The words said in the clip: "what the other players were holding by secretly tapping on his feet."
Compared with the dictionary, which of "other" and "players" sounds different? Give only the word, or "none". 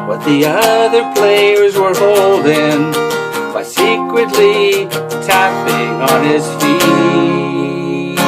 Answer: none